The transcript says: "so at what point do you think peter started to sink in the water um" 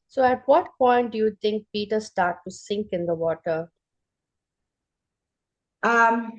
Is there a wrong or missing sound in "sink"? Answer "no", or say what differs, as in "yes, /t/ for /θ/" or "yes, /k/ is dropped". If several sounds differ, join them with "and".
no